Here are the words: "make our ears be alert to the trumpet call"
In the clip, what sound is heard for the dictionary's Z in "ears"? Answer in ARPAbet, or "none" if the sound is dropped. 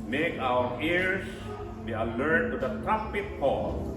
S